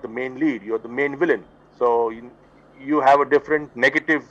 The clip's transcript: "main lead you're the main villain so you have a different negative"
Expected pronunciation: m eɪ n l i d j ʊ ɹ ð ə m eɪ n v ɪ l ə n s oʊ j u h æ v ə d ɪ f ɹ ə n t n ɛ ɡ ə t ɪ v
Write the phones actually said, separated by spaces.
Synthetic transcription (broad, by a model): m eɪ n l i d j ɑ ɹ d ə m eɪ n v ɪ l ə n s oʊ j u h æ v ə d ɪ f ɹ ə n t n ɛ ɡ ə t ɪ v